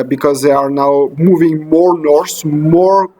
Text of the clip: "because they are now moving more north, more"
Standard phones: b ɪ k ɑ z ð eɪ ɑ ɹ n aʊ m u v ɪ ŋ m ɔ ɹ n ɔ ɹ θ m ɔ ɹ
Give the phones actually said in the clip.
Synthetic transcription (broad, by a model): b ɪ k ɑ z ð eɪ ɑ ɹ n aʊ m u v ɪ ŋ m ɔ ɹ n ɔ ɹ s m ɔ ɹ